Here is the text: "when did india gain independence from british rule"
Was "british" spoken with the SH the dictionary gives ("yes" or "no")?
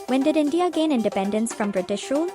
yes